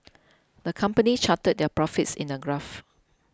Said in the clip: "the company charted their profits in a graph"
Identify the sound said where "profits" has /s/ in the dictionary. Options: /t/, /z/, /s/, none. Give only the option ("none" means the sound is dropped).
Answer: /s/